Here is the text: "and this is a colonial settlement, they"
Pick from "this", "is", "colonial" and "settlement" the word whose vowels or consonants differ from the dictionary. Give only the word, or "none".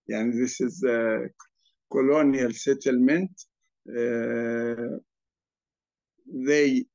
none